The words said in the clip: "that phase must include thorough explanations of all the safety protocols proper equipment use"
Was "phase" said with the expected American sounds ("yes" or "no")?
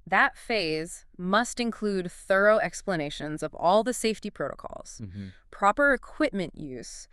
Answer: yes